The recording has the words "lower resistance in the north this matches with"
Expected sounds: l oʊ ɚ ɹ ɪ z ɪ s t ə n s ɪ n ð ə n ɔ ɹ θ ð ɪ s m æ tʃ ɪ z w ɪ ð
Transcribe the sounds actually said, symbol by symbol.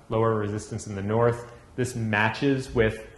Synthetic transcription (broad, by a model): l oʊ ɚ ɹ ɪ z ɪ s t ə n s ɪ n ð ə n ɔ ɹ θ ð ɪ s m æ tʃ ɪ z w ɪ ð